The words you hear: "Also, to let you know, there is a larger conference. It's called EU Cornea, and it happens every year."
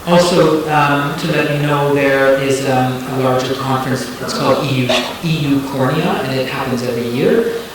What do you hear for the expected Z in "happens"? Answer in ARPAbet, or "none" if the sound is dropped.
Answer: Z